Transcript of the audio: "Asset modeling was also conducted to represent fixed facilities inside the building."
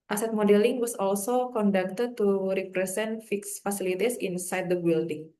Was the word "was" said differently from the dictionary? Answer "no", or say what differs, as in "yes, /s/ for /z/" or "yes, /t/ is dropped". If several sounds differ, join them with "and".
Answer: yes, /s/ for /z/